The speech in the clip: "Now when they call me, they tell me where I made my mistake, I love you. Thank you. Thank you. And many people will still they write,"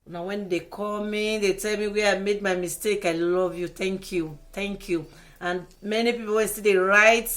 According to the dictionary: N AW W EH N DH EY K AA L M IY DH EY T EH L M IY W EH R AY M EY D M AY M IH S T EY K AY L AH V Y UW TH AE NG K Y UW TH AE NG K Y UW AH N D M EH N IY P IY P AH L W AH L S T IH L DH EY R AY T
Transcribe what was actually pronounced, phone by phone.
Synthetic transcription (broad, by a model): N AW W EH N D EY K AA L M IY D EY T EH L M IY W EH AY M EY D M AY M IH S T EY K AY L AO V Y UW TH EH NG K Y UW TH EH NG K Y UW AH N M EH N IY P IY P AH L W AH N S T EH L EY R AY T